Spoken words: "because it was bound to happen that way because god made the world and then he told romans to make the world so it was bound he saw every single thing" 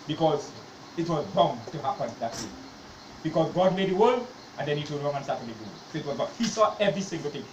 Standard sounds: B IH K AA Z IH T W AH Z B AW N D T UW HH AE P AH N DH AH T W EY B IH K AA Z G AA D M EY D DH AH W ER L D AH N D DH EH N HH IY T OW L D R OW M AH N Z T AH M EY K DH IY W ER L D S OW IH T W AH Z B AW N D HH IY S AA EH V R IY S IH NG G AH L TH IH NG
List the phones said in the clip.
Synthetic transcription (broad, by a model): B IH K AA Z IH T W AH Z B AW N T UW HH AE P AH N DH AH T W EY B IH K AA Z G AA D M EY D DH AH W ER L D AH N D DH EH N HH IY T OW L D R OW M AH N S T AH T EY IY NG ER S OW IH T W AH Z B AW HH IY S AA EH V R IY S IH NG G AH L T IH NG